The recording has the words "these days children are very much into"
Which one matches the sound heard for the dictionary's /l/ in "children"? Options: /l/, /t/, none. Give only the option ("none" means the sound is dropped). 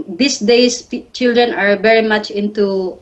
/l/